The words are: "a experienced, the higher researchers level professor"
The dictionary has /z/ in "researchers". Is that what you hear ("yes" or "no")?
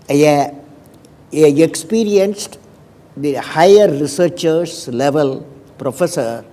no